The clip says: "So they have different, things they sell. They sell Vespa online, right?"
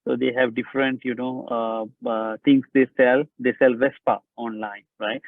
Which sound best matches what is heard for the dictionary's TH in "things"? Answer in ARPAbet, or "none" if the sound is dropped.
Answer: T